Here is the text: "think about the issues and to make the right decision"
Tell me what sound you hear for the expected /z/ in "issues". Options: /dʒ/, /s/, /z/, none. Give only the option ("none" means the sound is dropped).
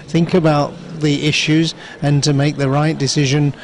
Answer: /z/